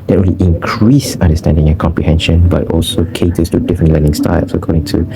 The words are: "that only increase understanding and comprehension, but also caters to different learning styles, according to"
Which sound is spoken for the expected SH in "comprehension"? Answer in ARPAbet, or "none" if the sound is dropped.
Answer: SH